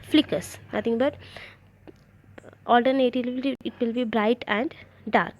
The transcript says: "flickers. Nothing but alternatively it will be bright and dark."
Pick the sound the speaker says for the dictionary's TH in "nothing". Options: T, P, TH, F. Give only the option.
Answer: T